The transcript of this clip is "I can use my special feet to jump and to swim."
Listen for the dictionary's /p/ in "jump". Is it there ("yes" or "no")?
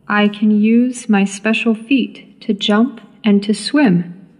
yes